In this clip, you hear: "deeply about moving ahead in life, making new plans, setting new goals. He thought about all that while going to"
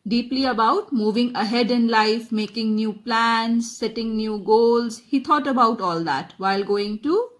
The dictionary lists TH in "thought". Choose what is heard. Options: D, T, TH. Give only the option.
T